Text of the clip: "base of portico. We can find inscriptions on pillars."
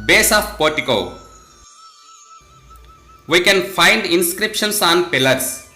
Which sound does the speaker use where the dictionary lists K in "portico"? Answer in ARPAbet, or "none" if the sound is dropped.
K